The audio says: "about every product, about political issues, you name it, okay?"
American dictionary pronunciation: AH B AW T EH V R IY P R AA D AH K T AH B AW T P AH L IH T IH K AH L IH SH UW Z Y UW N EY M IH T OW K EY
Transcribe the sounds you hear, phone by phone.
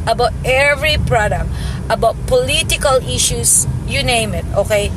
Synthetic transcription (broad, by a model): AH B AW T EH V R IY P R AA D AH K T AH B AW T P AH L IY T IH K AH L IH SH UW S Y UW N EY M IH T OW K EY